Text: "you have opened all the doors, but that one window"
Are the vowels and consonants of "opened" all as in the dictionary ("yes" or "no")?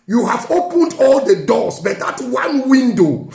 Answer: yes